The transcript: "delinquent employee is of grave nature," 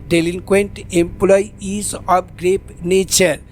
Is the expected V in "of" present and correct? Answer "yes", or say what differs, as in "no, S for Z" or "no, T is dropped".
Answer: no, P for V